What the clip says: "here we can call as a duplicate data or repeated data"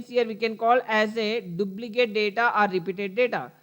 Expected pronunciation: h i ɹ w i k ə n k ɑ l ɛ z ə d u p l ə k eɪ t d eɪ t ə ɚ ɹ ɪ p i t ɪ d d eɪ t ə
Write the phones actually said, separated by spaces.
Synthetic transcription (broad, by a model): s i ɹ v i k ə n k ɑ l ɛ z ə d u b l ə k eɪ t d eɪ t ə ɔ ɹ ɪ p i t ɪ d d eɪ t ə